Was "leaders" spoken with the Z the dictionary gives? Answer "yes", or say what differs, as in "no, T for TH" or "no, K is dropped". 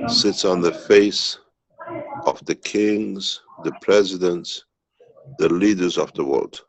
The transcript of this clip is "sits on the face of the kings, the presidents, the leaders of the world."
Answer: yes